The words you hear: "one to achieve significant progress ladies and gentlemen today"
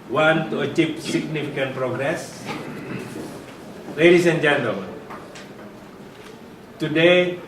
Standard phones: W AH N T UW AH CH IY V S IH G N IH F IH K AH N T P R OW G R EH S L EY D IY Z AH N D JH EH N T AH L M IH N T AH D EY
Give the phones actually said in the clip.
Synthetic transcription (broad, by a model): W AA N T UW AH CH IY P S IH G N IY F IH K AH N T P R OW G R EH S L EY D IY S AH N JH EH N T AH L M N T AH D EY